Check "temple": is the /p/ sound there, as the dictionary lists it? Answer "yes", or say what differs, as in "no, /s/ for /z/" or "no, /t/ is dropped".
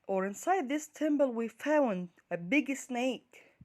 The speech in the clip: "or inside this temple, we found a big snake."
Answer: no, /b/ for /p/